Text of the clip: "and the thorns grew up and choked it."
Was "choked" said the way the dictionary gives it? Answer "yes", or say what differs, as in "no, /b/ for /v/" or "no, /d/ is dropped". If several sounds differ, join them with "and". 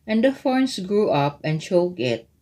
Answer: no, /t/ is dropped